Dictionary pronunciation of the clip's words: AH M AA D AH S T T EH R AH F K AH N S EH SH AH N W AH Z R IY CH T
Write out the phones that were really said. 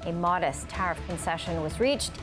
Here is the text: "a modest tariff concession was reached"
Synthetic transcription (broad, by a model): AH M AA D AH S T T EH R AH F K AH N S EH SH AH N W AH Z R IY CH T